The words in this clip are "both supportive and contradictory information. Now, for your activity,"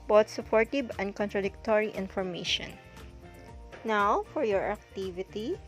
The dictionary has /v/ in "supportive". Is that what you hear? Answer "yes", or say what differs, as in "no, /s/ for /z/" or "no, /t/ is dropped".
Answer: no, /b/ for /v/